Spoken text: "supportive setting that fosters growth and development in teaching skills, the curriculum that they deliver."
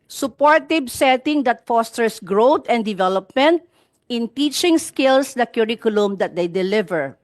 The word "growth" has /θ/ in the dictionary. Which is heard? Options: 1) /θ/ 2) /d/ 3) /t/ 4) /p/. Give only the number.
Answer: 3